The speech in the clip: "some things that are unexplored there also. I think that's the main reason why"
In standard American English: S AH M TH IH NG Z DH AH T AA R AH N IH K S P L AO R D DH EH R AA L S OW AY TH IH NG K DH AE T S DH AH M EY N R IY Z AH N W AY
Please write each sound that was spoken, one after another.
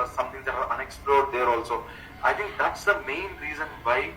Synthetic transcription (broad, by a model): S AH M T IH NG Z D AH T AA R AH N IH K S P L AO R D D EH R AA L S OW AY T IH NG K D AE T S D AH M EY N R IY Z AH N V AY